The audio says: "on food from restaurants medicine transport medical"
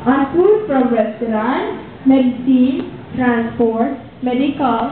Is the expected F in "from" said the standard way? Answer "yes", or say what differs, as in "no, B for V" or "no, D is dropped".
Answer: no, P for F